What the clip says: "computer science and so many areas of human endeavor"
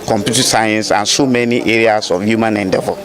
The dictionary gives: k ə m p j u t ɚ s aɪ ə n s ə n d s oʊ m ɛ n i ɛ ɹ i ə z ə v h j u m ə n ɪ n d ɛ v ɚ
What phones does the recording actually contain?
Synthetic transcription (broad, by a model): k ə m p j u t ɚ s aɪ ə n s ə n s oʊ m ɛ n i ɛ ɹ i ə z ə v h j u m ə n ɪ n d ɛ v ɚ